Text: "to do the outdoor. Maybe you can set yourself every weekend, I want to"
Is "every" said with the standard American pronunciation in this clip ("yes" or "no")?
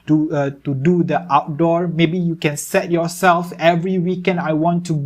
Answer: yes